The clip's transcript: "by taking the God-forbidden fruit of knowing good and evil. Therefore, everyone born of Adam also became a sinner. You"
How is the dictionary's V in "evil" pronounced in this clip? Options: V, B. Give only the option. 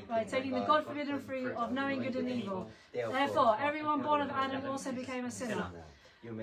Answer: V